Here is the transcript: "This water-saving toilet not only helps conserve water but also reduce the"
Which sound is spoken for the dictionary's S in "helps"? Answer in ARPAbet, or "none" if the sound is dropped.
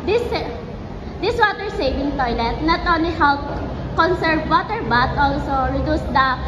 none